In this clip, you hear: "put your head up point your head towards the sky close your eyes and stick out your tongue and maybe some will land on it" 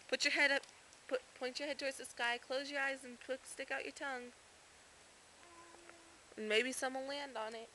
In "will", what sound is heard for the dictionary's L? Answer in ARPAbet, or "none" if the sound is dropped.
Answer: N